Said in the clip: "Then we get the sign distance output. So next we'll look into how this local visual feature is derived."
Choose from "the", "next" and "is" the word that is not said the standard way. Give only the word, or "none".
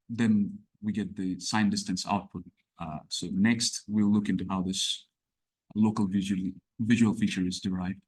none